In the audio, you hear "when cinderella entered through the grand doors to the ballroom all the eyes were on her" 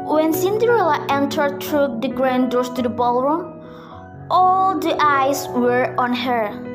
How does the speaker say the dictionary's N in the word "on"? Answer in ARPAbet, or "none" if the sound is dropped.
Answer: N